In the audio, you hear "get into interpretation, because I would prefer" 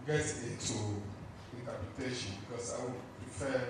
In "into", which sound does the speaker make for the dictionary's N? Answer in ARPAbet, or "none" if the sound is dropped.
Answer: none